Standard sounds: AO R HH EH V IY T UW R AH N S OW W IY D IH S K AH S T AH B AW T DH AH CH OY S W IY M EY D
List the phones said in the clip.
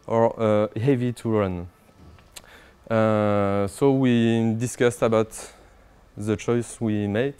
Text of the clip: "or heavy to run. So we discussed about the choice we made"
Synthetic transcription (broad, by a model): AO R HH EH V IY T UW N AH S OW W IY D IH S K AH S T AH B AW T DH AH CH OY S W IY M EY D